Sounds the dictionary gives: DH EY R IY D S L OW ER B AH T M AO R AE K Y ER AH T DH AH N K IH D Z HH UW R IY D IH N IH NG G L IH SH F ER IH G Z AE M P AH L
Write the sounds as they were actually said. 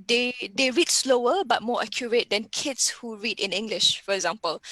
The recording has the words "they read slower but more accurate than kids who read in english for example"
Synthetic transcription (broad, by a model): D EY R IY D S L OW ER B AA T M AO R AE K Y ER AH T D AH N K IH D S HH UW R IY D IH N IH NG G L IH SH F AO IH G Z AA M P AH L